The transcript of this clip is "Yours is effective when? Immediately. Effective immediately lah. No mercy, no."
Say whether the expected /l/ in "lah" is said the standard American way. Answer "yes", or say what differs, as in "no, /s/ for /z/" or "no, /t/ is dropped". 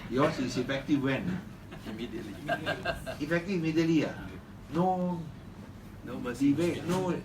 no, /n/ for /l/